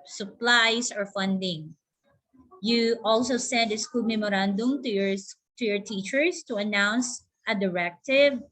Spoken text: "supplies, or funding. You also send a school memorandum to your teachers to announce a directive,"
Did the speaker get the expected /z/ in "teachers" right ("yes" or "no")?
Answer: no